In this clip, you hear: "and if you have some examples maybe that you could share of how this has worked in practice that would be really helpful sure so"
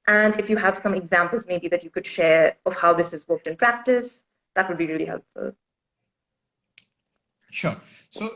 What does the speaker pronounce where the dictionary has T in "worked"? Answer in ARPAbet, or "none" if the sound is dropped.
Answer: T